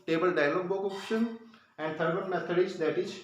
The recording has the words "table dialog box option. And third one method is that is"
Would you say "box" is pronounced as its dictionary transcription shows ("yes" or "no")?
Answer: no